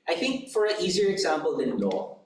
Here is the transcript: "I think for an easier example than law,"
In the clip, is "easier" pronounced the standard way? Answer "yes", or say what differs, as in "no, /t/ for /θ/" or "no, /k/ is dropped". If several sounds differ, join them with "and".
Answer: yes